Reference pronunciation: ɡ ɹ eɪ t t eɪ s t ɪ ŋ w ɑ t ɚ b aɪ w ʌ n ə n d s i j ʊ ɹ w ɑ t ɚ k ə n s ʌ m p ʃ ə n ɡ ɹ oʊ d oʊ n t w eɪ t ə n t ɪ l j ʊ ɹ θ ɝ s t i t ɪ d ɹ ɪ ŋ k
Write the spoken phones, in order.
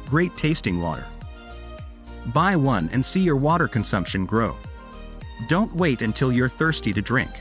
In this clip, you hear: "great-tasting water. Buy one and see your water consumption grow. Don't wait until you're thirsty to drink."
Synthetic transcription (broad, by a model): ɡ ɹ eɪ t t eɪ s t ɪ ŋ w ɑ t ɚ b aɪ w ʌ n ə n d s i j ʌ ɹ w ɑ t ɚ k ə n s ʌ m p ʃ ə n ɡ ɹ oʊ d oʊ n t w eɪ t ə n t ɪ l j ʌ ɹ θ ɝ s t i t ɪ d ɹ ɪ ŋ k